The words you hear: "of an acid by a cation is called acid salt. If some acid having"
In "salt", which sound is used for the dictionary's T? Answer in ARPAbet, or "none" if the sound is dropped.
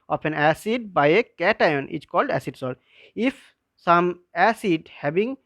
none